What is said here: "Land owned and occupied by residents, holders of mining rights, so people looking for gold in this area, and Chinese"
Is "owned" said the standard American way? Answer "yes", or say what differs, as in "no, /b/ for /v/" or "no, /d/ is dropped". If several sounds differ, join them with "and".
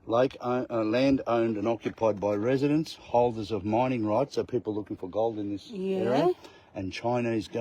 yes